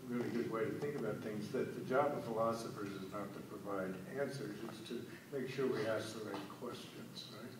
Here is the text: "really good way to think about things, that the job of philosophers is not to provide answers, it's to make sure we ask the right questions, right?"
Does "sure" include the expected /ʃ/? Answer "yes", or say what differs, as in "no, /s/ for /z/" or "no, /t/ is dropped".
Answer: yes